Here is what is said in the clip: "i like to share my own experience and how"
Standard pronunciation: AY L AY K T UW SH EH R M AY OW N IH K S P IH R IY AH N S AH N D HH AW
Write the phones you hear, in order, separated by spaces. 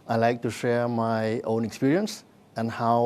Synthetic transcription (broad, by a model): AY L AY K T UW SH EH R M AY OW N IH K S P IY R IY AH N S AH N HH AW